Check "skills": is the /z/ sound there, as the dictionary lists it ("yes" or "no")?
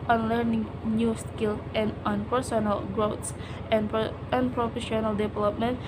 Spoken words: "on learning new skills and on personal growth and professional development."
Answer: no